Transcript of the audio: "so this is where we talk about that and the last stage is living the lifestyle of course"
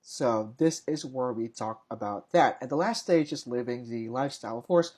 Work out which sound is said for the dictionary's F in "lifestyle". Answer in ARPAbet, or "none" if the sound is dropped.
F